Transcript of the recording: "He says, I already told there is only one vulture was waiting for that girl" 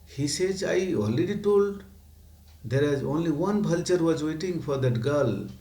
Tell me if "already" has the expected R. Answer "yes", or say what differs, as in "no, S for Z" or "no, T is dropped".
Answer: no, L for R